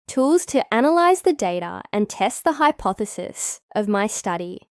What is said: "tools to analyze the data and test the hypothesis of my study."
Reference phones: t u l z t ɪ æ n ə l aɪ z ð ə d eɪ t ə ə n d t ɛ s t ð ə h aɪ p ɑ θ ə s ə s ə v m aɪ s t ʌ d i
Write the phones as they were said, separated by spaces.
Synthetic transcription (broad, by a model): t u l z t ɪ æ n ə l aɪ z ð ə d eɪ t ə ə n t ɛ s t ð ə h aɪ p ɑ θ ə s ə s ə v m aɪ s t ʌ d i